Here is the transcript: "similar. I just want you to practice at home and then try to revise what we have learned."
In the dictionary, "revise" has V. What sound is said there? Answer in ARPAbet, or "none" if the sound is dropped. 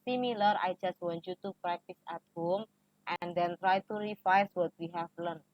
F